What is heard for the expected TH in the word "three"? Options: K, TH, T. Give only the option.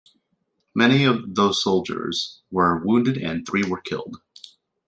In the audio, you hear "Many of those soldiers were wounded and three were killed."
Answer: TH